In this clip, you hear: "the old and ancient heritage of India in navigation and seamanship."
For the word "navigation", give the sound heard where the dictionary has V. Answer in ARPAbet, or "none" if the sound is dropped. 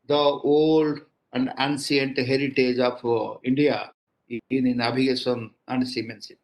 B